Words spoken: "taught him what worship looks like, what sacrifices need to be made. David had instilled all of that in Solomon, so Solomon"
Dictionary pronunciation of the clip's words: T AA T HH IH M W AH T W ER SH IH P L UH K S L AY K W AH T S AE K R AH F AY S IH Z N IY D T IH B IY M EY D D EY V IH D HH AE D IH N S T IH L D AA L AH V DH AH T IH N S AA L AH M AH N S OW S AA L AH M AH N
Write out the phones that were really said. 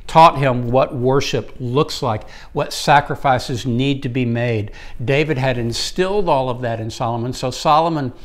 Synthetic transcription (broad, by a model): T AA T HH IH M W AH T W ER SH IH P L UH K S L AY K W AH T S AE K R AH F AY S IH Z N IY D T IH B IY M EY D D EY V IH D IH D IH N S T IH L D AA L AH V DH AH T IH N S AA L AH M AH N S OW S AA L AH M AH N